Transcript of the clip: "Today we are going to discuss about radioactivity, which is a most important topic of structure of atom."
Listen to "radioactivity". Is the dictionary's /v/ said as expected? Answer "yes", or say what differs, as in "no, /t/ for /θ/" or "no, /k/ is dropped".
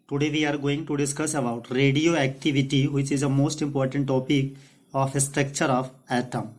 yes